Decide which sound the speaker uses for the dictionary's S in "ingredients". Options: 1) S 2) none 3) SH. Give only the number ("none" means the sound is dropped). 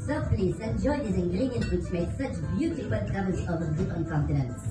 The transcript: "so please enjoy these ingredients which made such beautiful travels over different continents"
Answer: 2